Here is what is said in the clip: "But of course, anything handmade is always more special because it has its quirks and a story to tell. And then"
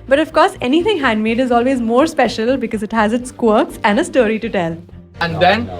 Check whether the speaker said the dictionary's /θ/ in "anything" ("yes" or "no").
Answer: no